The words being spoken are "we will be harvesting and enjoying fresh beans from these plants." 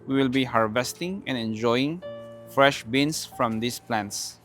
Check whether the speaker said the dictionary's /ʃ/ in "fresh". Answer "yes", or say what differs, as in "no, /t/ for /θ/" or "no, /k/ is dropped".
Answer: yes